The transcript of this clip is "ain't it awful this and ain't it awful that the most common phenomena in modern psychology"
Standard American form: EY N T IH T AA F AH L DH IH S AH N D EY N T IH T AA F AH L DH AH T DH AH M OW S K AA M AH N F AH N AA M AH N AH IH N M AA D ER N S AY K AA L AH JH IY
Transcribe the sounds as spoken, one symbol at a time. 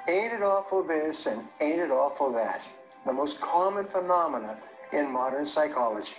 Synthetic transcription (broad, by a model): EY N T IH T AA F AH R DH IH S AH N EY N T IH T AA F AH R DH AH T DH AH M OW S K AA M AH N F AH N AA M AH N AH IH N M AA D ER N S AY K AA L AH JH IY